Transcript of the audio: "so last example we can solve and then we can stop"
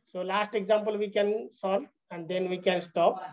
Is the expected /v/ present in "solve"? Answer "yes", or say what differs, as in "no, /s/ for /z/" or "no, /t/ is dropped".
no, /v/ is dropped